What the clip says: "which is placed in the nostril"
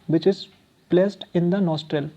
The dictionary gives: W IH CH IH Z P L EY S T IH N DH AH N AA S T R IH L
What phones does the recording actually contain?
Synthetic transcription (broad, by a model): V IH CH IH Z P L EY S T IH N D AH N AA S T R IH L